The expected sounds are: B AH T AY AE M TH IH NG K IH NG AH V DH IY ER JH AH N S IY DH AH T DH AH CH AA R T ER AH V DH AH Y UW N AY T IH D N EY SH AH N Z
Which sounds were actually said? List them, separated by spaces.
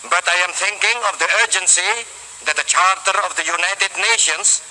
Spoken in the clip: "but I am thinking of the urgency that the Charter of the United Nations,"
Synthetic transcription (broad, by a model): B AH T AY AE M T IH NG K IH NG AH V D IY ER JH AH N S IY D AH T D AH CH AA R T ER AH V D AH Y UW N AY T IH D N EY SH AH N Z